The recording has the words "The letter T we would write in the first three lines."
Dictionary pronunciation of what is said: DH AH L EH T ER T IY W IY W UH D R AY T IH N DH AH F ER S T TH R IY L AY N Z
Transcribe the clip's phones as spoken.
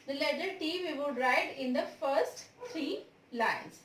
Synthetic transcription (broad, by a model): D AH L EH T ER T IY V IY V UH D R AY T IH N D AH F ER S T T R IY L AY N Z